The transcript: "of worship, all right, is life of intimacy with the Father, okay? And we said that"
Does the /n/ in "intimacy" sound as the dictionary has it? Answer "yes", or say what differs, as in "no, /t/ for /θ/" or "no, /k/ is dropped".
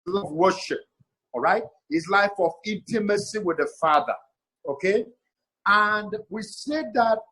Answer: yes